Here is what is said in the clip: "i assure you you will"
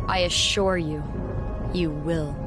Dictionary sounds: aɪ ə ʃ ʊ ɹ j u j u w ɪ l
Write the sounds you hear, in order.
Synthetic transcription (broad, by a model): aɪ ə ʃ ʊ ɹ j u j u w ɪ l